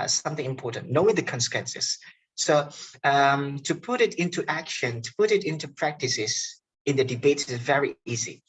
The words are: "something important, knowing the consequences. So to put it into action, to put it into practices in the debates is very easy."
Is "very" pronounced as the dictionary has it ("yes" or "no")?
yes